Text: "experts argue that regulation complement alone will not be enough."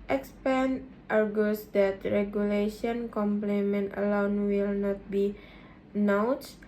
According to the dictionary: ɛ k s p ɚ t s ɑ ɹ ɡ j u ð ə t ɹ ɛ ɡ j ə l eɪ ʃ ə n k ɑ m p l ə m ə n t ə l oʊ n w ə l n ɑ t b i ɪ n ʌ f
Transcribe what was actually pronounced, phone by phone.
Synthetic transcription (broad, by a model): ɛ k s p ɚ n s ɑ ɹ ɡ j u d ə t ɹ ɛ ɡ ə l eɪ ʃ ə n k ɑ m p l ə m ə n t ə l oʊ n w ə l n ɑ t b i n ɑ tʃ